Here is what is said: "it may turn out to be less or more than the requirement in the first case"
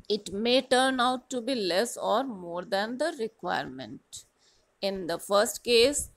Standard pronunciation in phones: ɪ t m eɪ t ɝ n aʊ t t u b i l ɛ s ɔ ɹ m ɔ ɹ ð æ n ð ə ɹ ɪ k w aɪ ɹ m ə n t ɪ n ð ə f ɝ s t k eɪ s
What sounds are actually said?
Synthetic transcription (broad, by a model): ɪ t m eɪ t ɝ n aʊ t t u b i l ɛ s ɔ ɹ m ɔ ɹ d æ n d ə ɹ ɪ k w aɪ ɹ m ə n t ɪ n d ə f ɝ s t k eɪ s